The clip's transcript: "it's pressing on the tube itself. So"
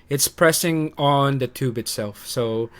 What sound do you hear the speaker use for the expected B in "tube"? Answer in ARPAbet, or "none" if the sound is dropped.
B